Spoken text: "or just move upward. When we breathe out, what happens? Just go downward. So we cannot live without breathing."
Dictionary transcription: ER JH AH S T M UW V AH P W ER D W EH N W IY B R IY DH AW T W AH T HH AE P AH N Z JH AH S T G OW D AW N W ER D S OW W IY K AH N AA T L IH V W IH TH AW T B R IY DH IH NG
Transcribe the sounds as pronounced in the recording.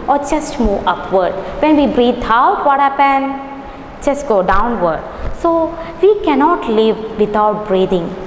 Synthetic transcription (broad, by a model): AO JH AH S T M UW V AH P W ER D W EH N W IY B R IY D AW T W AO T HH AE P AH N JH AH S T G OW D AW N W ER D S OW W IY K AH N AA T L IH V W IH T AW T B R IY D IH NG